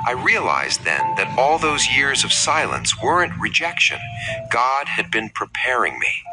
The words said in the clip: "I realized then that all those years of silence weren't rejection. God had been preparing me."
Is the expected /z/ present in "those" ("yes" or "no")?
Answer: yes